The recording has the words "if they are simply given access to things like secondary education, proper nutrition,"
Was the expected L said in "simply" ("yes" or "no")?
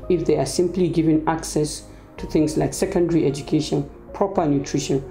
yes